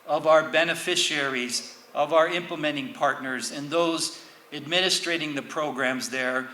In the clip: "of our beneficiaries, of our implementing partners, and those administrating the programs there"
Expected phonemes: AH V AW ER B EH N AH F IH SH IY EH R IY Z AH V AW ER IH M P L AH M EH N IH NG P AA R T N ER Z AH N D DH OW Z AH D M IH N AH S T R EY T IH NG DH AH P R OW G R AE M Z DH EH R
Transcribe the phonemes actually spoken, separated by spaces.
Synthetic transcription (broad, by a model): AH V AW ER B EH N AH F IH SH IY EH R IY Z AH V AW ER IH M P L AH M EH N IH NG P AA R T N ER Z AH N DH OW Z AH D M IH N AH S T R EY T IH NG DH AH P R OW G R AE M Z DH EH R